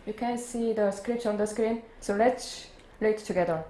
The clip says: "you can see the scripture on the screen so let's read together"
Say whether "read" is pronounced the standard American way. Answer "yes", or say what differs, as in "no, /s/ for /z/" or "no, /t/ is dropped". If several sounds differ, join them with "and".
no, /l/ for /ɹ/